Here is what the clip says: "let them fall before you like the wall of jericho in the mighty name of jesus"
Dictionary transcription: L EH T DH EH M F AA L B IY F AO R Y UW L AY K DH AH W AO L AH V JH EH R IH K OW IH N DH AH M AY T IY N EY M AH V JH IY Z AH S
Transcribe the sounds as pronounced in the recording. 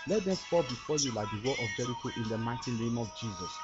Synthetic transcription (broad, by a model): L EH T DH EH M P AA B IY F AO Y UW L AY K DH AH W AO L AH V JH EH R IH K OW IH N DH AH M AY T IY N EY M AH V JH IY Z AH S